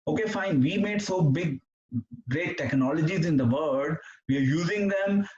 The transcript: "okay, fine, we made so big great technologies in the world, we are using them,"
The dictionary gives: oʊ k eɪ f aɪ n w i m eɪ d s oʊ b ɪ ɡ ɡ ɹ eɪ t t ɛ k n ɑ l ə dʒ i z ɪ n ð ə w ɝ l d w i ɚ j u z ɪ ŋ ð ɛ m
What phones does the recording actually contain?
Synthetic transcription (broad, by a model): oʊ k eɪ f aɪ n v i m eɪ d s oʊ b ɪ ɡ ɡ ɹ eɪ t t ɛ k n ɑ l ə dʒ i z ɪ n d ə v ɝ d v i ɚ j u z ɪ ŋ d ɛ m